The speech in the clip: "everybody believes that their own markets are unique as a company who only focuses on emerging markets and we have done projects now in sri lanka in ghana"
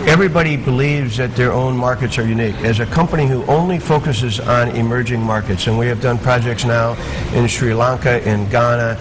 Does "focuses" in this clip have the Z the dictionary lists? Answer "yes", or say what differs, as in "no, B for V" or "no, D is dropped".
yes